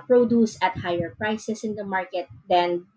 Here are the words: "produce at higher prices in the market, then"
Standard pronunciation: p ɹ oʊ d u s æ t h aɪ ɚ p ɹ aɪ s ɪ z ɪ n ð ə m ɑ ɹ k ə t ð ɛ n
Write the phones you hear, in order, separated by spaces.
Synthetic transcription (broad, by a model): p ɹ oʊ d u s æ t h aɪ ɚ p ɹ aɪ s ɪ s ɪ n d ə m ɑ ɹ k ə t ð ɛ n